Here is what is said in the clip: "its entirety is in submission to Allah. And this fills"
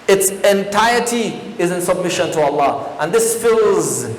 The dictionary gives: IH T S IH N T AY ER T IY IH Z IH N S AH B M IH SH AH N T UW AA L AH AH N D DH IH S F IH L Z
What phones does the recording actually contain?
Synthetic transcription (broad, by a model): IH T S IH N T AY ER T IY IH Z IH N S AH B M IH SH AH N T UW AA L AH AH N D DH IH S F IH L Z